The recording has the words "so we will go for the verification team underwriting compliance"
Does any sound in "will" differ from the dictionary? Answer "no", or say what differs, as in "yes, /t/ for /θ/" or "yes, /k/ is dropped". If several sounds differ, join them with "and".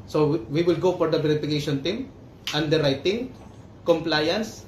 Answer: no